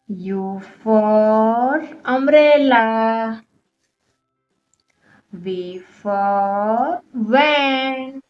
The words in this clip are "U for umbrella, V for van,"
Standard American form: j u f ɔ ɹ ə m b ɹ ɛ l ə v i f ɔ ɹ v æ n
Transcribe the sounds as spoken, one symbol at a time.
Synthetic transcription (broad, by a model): j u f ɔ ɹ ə m ɹ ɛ l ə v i f ɔ ɹ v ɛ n